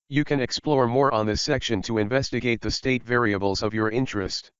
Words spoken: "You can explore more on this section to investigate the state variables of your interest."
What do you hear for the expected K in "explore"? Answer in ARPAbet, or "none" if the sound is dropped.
K